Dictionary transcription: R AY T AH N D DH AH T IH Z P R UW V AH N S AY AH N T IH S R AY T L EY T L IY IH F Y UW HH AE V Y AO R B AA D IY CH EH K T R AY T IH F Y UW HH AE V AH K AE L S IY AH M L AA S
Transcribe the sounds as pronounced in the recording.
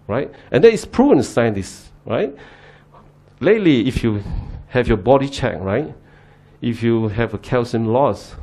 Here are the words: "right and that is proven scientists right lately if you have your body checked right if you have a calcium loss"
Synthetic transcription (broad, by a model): R AY T AH N D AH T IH S P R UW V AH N S AY AH N T IH S R AY T L EY T L IY IH F Y UW HH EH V Y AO B AA D IY CH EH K R AY T IH F Y UW HH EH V AH K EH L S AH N L AA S